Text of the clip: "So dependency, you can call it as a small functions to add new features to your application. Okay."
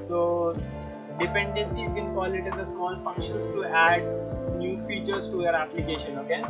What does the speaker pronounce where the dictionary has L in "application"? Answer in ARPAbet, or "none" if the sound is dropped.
L